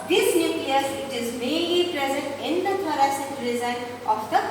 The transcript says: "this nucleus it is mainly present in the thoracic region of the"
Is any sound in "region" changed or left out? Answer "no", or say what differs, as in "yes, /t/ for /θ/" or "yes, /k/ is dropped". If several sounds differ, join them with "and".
yes, /z/ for /dʒ/